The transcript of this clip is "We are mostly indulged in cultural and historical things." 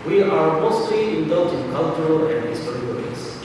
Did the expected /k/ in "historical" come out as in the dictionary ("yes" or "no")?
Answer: no